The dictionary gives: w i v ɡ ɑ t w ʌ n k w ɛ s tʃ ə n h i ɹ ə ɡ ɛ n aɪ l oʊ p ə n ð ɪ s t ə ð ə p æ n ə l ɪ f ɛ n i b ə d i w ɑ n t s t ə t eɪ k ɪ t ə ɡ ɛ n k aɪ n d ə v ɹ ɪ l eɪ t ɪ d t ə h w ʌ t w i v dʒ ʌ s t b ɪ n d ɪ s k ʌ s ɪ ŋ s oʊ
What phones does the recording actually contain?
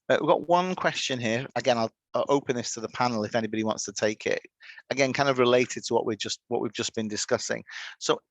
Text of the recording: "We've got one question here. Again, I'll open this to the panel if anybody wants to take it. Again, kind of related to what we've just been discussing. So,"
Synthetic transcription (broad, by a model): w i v ɡ ɑ t w ʌ n k w ɛ s tʃ ə n h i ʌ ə ɡ ɛ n aɪ l oʊ p ə n ð ɪ s t ə ð ə p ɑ n l ɪ f ɛ n i b ə d i w ɑ n t s t ə t eɪ k ɪ t ə ɡ ɛ n k aɪ n d ə v ɹ ɪ l eɪ t ɪ d t ə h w ʌ t w i v dʒ ʌ s b ɪ n d ɪ s k ʌ s ɪ ŋ s oʊ